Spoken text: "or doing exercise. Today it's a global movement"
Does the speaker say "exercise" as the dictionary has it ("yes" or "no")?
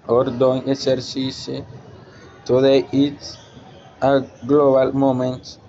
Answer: no